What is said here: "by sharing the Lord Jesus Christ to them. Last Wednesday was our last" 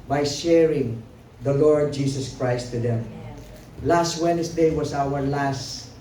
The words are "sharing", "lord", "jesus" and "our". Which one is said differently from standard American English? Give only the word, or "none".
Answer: jesus